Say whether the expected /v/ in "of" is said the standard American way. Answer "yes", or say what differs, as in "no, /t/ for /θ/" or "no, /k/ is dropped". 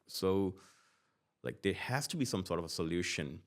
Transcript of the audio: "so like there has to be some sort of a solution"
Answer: yes